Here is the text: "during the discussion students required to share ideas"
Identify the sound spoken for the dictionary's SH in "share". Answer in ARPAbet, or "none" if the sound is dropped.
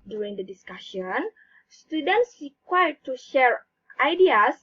SH